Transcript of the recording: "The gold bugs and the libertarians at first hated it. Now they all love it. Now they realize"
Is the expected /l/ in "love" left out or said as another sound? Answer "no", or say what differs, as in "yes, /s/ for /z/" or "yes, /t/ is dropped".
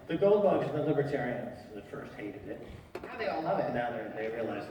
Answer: yes, /n/ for /l/